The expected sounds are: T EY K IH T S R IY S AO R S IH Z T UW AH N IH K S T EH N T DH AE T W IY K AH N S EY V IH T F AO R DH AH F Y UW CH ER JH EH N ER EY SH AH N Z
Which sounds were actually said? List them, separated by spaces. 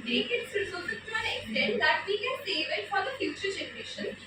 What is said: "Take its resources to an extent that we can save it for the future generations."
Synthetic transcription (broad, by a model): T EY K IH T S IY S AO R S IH T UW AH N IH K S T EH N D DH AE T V IY K AH N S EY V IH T F AO R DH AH F Y UW CH ER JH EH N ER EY SH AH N